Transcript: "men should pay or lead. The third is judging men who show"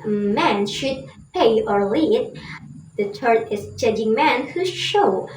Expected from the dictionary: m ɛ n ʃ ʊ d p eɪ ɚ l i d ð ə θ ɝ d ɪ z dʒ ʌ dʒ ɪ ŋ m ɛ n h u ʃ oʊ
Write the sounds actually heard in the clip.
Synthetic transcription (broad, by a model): m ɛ n ʃ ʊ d p eɪ ɚ l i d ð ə t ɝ ɪ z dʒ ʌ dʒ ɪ ŋ m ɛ n h u ʃ oʊ